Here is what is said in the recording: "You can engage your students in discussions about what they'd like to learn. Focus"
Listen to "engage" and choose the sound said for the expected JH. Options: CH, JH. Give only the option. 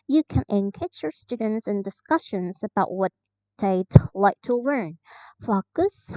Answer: CH